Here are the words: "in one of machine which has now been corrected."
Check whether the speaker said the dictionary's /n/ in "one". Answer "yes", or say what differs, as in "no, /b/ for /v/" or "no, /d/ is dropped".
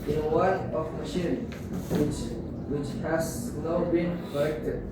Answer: no, /n/ is dropped